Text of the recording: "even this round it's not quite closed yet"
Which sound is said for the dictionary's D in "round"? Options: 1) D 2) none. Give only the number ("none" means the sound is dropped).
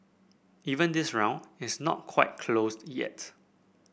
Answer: 2